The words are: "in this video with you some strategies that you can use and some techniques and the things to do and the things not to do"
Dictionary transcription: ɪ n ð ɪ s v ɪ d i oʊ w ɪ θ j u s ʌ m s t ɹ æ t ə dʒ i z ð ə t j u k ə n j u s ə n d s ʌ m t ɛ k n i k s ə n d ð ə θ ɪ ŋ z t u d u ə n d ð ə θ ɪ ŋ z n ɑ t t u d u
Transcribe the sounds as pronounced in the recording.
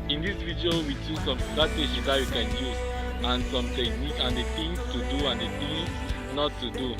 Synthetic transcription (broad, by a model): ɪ n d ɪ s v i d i oʊ w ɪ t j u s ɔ m s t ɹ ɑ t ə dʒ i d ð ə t j u k ə n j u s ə n s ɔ m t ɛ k n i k ə n d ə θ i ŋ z t u d u ə n d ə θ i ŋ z n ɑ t t u d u